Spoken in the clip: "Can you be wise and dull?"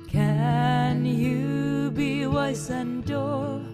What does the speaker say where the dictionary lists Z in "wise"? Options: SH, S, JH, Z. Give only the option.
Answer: S